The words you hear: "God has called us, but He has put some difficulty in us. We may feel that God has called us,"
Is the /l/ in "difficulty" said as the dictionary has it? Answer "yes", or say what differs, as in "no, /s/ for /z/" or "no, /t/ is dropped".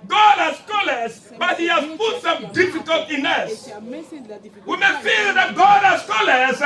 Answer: no, /l/ is dropped